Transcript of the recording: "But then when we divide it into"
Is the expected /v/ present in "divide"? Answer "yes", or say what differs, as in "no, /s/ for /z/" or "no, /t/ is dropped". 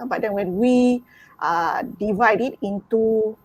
yes